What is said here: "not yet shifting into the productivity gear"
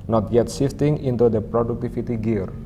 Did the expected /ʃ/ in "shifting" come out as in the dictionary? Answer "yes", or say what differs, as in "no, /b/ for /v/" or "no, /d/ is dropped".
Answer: no, /s/ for /ʃ/